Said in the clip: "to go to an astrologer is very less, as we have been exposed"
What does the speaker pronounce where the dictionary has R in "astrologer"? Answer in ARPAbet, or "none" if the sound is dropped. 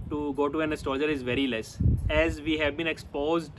none